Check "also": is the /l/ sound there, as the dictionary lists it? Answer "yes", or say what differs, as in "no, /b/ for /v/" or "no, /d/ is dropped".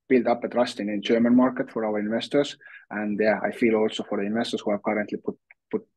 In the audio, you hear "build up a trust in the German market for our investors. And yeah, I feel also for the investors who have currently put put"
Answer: yes